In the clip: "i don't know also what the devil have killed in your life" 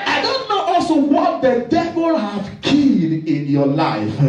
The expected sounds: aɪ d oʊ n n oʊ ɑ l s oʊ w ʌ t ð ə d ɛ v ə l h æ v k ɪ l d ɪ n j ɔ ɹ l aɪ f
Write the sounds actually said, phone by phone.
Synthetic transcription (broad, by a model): aɪ d oʊ n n oʊ ɑ l s oʊ w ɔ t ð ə d ɛ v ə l h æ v k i d ɪ n j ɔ l aɪ f